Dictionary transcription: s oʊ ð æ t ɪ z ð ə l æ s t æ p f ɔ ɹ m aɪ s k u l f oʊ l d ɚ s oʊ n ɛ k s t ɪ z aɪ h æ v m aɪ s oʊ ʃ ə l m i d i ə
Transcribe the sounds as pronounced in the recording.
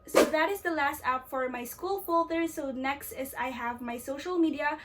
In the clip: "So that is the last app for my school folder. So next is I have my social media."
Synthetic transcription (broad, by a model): s oʊ ð æ t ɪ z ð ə l æ s t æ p f ɔ ɹ m aɪ s k u l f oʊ l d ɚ s oʊ n ɛ k s t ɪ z aɪ h æ v m aɪ s oʊ ʃ ə l m i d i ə